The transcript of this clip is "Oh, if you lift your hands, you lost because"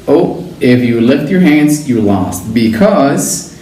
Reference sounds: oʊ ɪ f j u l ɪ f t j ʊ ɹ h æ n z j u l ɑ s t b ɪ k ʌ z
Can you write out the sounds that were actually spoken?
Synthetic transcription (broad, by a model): oʊ ɪ f j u l ɪ f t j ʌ ɹ h æ n z j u l ɑ s t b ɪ k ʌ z